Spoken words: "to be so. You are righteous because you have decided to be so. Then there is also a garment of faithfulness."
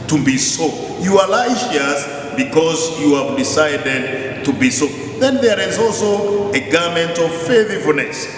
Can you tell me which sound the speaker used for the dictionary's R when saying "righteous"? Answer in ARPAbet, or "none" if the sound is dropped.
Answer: L